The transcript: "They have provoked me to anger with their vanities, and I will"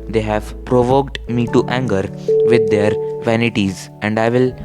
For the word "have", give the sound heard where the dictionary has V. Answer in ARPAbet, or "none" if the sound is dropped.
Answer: V